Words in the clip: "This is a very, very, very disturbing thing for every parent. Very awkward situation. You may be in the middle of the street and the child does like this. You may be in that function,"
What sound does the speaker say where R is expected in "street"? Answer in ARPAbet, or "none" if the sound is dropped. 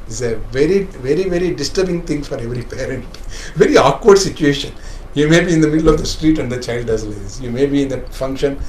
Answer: R